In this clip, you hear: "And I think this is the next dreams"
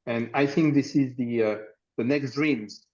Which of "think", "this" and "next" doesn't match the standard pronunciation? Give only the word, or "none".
none